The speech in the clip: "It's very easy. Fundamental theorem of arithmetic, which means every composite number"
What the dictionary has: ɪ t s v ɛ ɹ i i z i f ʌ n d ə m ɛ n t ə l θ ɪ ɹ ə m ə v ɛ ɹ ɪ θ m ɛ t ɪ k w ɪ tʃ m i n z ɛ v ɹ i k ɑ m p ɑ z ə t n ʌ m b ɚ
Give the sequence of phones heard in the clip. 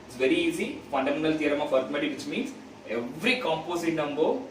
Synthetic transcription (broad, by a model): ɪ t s v ɛ ɹ i i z i f ʌ n d ə m ɛ n t ə l t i ɹ ə m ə f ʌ ɹ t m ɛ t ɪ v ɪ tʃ m i n s ɛ v ɹ i k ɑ m p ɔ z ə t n ʌ m b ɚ